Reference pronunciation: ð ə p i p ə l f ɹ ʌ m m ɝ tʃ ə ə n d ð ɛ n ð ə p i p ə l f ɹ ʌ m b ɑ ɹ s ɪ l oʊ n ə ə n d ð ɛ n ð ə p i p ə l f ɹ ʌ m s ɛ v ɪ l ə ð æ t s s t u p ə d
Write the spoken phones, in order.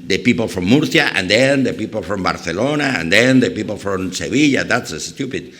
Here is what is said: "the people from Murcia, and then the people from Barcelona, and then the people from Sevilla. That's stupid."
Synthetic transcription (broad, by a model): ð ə p i p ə l f ɹ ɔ m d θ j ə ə n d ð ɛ n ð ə p i p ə l f ɹ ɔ m b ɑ ɹ θ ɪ l oʊ n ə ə n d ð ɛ n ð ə p i p ə l f ɹ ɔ m s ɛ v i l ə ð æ t s s t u p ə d